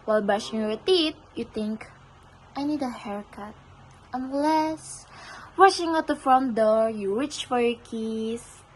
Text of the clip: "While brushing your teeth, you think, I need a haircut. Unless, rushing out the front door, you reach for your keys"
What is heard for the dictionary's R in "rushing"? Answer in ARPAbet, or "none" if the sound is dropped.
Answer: W